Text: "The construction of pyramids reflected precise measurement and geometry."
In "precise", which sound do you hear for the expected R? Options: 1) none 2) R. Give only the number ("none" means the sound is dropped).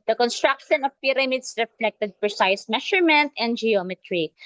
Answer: 1